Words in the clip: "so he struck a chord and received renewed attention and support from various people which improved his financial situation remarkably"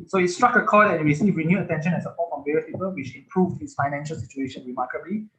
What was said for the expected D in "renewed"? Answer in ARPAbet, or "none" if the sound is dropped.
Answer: none